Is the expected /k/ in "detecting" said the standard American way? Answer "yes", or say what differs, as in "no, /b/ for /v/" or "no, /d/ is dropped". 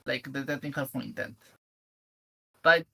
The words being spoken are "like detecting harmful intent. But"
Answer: no, /k/ is dropped